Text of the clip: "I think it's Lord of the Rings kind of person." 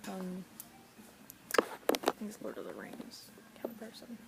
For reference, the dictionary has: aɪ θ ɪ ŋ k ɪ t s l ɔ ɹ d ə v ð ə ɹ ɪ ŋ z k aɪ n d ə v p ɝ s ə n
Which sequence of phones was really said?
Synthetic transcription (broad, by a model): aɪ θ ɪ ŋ ɪ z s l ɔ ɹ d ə ð ə ɹ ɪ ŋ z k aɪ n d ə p ɝ s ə n